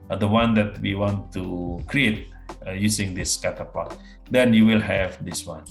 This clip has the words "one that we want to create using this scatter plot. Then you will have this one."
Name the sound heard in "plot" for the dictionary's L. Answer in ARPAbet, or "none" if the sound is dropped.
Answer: none